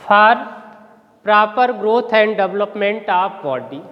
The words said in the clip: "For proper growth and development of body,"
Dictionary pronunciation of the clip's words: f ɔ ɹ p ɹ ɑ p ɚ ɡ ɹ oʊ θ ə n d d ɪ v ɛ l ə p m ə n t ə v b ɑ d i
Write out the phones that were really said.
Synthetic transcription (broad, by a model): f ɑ ɹ p ɹ ɑ p ɚ ɡ ɹ oʊ t ə n d d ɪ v l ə p m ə n t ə p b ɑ d i